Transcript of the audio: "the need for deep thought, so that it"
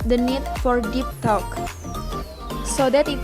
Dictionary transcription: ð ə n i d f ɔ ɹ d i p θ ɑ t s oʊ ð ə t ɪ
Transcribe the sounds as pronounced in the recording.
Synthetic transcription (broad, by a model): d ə n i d f ɔ ɹ d i p t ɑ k s oʊ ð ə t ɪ